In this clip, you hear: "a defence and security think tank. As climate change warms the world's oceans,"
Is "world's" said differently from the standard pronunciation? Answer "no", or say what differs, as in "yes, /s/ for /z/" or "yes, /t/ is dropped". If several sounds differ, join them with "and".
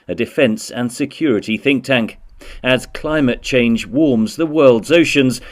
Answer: no